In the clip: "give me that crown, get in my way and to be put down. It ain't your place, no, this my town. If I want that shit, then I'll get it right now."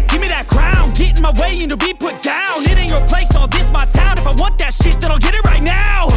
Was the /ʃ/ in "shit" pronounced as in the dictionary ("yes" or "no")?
yes